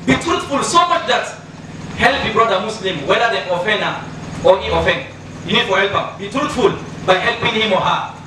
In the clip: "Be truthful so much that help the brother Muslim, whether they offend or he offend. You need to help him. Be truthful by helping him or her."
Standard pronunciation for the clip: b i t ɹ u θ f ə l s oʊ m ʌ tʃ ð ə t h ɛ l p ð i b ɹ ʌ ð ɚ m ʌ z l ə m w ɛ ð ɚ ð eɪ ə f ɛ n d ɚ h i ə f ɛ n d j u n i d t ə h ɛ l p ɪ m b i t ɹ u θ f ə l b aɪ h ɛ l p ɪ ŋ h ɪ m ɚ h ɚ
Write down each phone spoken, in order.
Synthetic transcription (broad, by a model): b i t ɹ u t f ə l s oʊ m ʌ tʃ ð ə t h ɛ l p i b ɹ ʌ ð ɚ m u s l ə m w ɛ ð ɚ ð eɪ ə f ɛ n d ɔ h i ə f ɛ n d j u n i d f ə h ɛ l p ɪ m b i t ɹ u t f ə l b aɪ h ɛ l p ɪ ŋ h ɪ m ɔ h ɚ